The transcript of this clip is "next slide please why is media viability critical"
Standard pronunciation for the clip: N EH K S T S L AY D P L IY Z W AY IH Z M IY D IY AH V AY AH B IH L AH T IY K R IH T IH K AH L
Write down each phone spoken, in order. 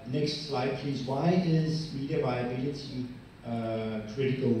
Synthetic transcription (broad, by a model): N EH K S T S L AY D P L IY Z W AY IH Z M IY D IY AH V AY AH B IH L AH T IY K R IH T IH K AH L